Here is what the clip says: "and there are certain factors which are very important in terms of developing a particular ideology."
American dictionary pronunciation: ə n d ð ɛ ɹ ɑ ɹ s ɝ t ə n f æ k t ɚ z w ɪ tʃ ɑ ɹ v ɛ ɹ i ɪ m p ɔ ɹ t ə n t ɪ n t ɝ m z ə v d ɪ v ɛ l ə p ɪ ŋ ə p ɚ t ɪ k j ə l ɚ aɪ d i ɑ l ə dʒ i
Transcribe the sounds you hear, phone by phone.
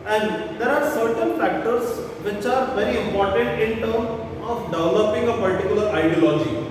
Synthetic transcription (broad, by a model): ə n d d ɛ ɹ ɑ ɹ s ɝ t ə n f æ k t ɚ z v ɪ tʃ ɑ ɹ v ɛ ɹ i ɪ m p ɔ ɹ t ə n t ɪ n t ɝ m ə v d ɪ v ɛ l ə p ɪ ŋ ə p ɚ t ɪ k j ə l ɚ aɪ d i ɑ l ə dʒ i